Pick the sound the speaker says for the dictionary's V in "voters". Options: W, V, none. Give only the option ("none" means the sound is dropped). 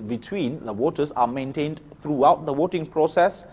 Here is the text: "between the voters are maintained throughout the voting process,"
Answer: W